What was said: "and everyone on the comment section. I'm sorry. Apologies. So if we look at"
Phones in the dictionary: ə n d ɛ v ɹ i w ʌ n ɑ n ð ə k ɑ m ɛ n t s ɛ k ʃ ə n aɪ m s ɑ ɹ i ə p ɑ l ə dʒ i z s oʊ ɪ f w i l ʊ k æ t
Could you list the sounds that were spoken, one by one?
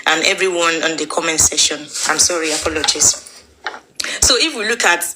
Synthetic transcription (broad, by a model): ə n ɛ v ɹ i w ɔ n ɑ n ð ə k ɑ m ɛ n t s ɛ ʃ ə n aɪ m s ɑ ɹ i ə p ɑ l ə dʒ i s s oʊ ɪ f w i l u k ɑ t